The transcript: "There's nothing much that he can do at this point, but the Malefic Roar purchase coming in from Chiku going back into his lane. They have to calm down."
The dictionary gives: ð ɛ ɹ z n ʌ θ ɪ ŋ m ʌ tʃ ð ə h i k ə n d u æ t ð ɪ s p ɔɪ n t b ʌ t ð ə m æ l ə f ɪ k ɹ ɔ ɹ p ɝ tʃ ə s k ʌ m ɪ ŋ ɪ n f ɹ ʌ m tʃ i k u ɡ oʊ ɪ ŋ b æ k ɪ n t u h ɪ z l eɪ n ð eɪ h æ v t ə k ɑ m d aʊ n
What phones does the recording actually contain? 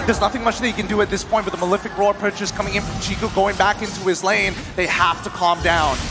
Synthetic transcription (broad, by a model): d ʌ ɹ z n ʌ θ ɪ ŋ m ʌ tʃ ð ə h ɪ k ə n d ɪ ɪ t ð ɪ s p ɔɪ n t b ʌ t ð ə m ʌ l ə f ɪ k ɹ ɔ ɹ p ɝ tʃ ə s k ʌ m ɪ ŋ ɪ n f ɹ ʌ m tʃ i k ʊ ɡ oʊ ɪ ŋ b æ k ɪ n t u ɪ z l eɪ n ð eɪ h æ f t ə k ɑ m d aʊ n